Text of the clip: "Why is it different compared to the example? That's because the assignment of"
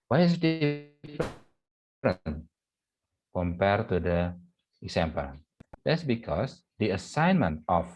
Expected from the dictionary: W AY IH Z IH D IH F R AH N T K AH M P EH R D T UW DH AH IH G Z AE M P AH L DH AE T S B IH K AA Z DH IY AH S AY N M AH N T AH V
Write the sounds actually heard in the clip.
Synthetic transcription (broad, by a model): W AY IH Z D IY P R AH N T K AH M P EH R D T UW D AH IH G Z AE M P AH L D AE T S B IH K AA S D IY AH S AY N M AH N T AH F